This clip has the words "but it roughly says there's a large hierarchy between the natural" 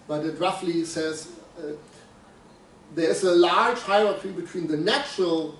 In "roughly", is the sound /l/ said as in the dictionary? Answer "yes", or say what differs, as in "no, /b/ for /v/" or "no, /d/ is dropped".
yes